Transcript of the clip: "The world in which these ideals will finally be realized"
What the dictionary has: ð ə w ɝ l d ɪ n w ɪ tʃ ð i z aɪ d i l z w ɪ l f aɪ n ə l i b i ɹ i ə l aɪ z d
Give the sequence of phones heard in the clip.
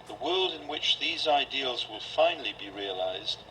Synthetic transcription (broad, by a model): ð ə w ɝ l d ɪ n w ɪ tʃ ð i z aɪ d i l z w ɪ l f aɪ n l i b i ɹ i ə l aɪ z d